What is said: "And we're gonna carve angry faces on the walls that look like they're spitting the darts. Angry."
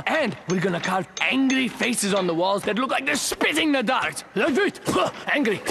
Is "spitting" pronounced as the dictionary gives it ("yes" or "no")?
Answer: yes